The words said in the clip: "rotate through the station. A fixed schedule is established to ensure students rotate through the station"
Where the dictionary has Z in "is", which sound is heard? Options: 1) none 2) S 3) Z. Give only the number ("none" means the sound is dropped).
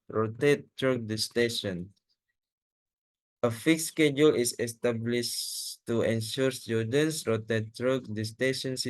2